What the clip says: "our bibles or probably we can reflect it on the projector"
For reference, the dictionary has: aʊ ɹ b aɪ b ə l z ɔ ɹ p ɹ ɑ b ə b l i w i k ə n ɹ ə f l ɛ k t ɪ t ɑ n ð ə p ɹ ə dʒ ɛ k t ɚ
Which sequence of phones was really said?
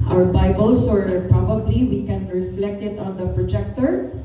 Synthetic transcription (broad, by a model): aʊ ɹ b aɪ b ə l s ɔ ɹ p ɹ ɑ b ə b l i w i k ə n ɹ ə f l ɛ k t ɪ t ɑ n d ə p ɹ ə dʒ ɛ k t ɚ